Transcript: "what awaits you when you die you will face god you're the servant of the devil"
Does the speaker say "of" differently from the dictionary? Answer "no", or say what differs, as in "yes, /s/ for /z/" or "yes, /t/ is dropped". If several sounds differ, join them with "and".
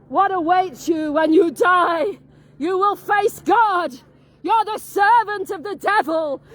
no